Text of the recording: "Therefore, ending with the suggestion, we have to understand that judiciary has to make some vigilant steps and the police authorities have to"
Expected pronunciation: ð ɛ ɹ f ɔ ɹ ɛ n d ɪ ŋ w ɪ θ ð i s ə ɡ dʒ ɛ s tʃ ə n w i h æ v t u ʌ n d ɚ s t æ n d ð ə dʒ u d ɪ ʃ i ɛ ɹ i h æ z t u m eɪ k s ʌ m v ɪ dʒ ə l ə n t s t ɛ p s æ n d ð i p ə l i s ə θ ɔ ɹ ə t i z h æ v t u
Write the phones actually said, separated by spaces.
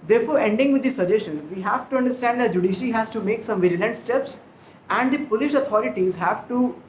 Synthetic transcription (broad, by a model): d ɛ ɹ f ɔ ɹ ɛ n d ɪ ŋ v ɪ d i s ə dʒ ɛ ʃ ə n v i h æ v t u ʌ n d ɚ s t æ n d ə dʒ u d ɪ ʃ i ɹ i h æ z t u m eɪ k s ʌ m v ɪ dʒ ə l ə n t s t ɛ p s æ n d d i p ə l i ʃ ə t ɔ ɹ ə t i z h æ v t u